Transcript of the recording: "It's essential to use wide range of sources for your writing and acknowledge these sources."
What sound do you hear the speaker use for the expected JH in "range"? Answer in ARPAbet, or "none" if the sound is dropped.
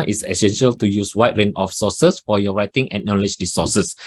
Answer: none